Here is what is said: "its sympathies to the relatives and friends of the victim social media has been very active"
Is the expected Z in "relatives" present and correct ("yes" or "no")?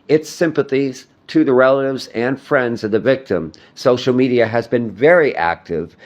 yes